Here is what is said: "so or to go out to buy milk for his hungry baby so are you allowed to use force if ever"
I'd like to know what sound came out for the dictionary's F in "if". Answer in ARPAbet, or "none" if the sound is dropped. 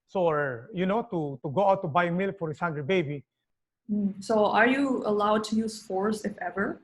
F